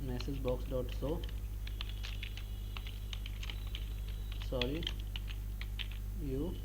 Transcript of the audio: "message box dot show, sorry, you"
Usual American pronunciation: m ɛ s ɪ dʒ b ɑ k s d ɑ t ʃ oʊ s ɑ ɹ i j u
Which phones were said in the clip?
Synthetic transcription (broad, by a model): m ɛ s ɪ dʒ b ɑ k s d ɑ t s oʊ s ɑ ɹ i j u